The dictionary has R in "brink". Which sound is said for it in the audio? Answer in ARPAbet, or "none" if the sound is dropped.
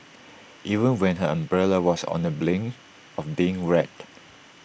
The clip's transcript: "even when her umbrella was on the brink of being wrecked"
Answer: L